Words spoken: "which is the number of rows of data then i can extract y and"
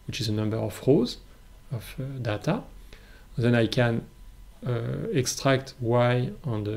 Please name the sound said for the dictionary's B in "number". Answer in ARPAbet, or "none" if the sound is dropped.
B